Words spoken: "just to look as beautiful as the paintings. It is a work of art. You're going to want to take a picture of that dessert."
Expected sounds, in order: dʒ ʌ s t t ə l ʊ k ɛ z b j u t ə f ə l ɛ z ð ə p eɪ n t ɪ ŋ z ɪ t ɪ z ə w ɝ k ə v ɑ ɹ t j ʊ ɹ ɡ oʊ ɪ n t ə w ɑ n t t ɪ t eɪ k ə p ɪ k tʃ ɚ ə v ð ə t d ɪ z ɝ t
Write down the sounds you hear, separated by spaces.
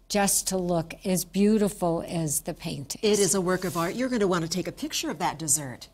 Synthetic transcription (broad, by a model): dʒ ʌ s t t ə l ʊ k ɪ z b j u t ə f l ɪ z ð ə p eɪ n t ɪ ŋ ɪ t ɪ z ə w ɝ k ə v ɑ ɹ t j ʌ ɹ ɡ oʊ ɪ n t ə w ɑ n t t ɪ t eɪ k ə p ɪ k tʃ ɚ ə v ð ə t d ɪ z ɝ t